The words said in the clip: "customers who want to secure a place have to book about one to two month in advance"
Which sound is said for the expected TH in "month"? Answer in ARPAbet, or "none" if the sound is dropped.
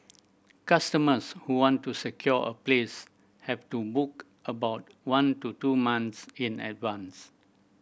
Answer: S